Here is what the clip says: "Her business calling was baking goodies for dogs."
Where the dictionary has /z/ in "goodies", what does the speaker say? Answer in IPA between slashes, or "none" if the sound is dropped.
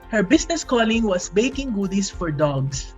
/s/